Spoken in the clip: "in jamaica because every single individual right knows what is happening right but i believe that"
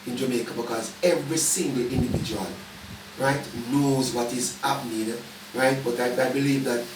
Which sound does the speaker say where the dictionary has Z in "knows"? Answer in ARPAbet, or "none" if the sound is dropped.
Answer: Z